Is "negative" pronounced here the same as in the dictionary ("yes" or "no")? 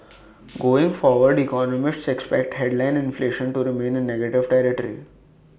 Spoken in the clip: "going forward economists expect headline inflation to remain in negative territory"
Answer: yes